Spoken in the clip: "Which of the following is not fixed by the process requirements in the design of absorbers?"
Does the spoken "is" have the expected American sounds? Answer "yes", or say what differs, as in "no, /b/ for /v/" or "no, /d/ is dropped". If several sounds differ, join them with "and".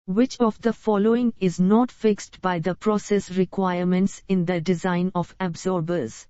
yes